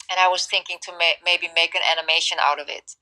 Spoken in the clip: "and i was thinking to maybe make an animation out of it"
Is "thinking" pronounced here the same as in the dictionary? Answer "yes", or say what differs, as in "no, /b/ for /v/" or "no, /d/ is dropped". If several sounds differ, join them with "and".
yes